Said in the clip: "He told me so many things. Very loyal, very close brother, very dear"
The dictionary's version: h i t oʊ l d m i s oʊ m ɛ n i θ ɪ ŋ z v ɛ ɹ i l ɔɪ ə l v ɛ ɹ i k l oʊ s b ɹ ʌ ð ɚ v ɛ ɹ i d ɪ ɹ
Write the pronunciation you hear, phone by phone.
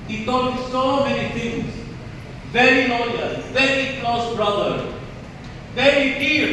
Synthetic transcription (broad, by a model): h i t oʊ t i s oʊ m ɛ n i t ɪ ŋ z v ɛ ɹ i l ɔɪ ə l v ɛ ɹ i k l oʊ s b ɹ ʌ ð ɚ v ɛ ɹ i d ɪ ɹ